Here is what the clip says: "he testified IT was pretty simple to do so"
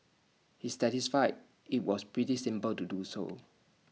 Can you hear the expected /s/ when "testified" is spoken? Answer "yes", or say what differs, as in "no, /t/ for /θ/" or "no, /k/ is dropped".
no, /s/ is dropped